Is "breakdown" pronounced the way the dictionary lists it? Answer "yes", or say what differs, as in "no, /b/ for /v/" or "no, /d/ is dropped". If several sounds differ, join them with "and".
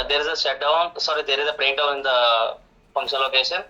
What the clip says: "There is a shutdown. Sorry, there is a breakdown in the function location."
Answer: no, /n/ is dropped